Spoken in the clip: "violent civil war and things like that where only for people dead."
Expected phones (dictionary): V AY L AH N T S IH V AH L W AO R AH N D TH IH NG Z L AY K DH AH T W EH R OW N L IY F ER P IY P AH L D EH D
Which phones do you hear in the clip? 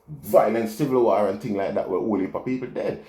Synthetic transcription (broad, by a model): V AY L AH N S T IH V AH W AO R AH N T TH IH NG L AY K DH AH T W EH W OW L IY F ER P IY P AH L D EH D